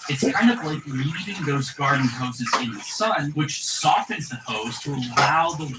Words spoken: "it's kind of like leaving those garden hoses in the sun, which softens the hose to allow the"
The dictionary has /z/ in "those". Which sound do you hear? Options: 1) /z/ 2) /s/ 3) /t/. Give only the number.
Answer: 1